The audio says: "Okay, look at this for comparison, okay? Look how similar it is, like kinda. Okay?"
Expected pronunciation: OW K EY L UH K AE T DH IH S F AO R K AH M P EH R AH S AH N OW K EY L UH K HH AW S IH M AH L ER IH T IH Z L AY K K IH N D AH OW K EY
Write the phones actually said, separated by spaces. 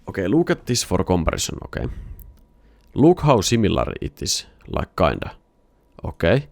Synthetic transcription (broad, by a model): OW K EY L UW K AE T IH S F AO R K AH M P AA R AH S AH N OW K EY L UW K HH AW S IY M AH L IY IH T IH S L AY K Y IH N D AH OW K EY